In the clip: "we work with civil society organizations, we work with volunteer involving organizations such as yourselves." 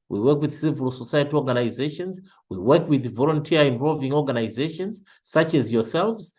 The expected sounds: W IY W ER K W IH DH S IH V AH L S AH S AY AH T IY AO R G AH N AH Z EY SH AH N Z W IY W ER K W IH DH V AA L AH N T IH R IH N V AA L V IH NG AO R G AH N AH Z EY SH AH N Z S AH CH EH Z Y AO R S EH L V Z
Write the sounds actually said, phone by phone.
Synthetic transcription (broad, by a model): W IY W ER K W IH DH S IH V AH L S AH S AY AH T IY AO R G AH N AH Z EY SH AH N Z W IY W ER K W IH DH V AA L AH N T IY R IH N V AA L V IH NG AO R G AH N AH Z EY SH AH N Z S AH CH EH Z Y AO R S EH L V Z